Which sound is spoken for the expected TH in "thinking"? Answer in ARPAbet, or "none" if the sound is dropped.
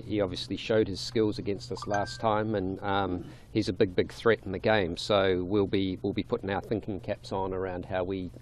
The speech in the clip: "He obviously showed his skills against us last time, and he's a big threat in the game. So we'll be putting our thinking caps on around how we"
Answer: TH